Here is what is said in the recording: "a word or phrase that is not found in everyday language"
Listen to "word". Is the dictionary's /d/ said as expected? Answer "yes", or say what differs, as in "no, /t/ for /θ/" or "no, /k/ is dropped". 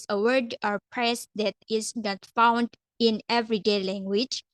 yes